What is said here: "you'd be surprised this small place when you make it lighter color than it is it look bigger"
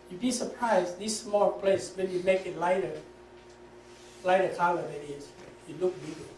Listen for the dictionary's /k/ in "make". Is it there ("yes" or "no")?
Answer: yes